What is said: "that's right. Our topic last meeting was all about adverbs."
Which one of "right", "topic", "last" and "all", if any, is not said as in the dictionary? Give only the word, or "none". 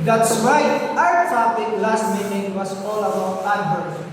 none